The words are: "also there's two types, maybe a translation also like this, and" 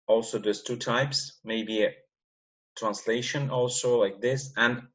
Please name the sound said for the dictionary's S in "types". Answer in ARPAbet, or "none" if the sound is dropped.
S